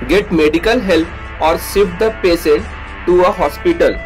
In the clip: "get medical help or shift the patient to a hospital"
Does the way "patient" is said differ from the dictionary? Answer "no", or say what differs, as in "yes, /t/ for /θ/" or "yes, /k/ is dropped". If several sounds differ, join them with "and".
yes, /s/ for /ʃ/